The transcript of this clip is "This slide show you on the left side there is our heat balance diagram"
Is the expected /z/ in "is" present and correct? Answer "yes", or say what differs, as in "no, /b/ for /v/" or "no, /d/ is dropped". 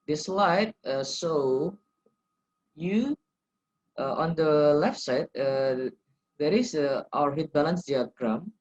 no, /s/ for /z/